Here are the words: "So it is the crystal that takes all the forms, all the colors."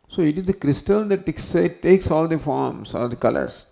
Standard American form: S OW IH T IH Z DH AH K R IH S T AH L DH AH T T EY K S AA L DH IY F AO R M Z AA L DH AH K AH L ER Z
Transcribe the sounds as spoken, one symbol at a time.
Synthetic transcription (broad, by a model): S OW IH T IH Z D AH K R IH S T AH L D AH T S EY K S AA L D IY F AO R M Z AA L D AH K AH L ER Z